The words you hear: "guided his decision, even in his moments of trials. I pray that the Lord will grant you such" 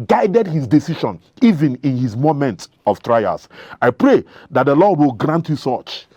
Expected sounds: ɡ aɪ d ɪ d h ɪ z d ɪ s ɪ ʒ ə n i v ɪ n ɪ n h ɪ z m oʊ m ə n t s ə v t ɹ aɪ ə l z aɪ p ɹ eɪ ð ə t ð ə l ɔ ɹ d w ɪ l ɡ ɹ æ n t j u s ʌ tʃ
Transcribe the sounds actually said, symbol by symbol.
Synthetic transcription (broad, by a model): ɡ aɪ d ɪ d h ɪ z d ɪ s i ʃ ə n i v ɪ n ɪ n h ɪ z m oʊ m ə n t ə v t ɹ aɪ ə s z aɪ p ɹ eɪ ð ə t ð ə l ɔ d w ɪ l ɡ ɹ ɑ n t j u s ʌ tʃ